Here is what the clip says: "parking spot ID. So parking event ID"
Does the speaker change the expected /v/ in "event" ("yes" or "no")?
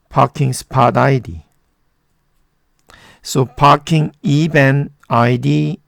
yes